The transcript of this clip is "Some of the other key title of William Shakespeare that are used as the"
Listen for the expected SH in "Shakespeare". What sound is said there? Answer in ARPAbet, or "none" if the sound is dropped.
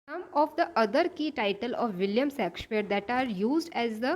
S